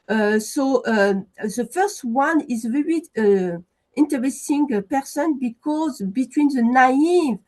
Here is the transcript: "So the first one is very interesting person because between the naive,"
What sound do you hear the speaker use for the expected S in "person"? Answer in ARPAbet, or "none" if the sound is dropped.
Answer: S